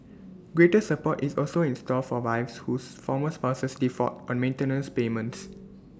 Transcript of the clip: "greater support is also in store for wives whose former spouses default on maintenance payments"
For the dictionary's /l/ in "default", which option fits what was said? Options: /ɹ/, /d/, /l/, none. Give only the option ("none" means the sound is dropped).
none